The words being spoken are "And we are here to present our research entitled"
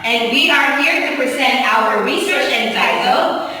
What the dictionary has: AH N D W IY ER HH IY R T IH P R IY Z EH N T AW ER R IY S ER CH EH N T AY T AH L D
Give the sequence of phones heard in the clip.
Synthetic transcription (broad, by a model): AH N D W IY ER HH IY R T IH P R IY S EH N T AW ER R IY S ER CH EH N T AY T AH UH